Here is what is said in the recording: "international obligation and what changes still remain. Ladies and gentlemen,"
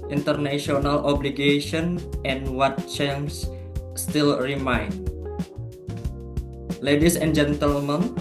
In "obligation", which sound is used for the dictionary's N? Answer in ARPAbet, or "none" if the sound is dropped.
N